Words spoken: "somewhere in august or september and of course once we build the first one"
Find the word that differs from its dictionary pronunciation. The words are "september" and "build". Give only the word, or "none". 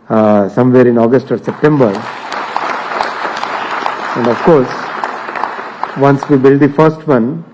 none